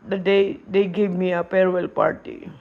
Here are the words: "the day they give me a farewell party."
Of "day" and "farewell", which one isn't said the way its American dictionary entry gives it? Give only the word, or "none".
farewell